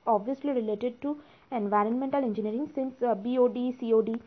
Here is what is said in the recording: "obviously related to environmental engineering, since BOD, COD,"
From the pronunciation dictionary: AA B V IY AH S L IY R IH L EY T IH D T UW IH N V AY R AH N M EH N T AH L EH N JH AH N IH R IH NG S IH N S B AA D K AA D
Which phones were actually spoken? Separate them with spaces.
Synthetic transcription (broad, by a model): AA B V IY AH S L IY R IH L EY T IH D T UW IH N V AY R AH N M EH N T AH L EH N JH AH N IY R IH NG S IH N S B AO D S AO D